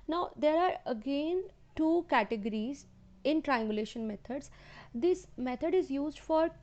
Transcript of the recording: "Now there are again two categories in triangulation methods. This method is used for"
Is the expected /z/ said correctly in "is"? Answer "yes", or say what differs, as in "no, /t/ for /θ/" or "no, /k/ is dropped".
yes